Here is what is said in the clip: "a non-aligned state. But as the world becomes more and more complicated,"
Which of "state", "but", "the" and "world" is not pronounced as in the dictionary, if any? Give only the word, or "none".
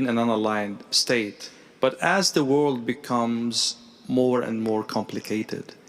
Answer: none